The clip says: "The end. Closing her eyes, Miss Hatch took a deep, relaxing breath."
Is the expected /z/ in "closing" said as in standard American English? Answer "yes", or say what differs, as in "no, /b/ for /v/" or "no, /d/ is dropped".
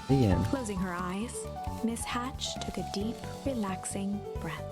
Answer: yes